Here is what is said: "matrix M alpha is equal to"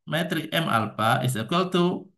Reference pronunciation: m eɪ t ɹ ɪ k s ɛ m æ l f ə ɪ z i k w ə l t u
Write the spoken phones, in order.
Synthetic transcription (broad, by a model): m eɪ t ɹ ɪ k ɛ m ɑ l p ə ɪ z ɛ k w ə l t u